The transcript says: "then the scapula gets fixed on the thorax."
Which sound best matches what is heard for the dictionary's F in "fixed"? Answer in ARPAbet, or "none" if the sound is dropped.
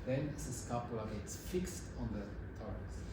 F